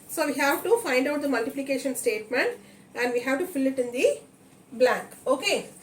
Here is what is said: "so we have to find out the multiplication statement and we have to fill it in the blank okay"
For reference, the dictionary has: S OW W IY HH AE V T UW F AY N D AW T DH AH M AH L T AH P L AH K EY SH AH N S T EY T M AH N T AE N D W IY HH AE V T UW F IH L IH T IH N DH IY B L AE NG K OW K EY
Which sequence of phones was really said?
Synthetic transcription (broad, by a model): S OW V IY HH AE V T UW F AY N D AW T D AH M AH L T AH P L AH K EY SH AH N S T EY T M AH N T AE N D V IY HH AE V T UW F IH L IH T IH N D IY B L AE NG K OW K EY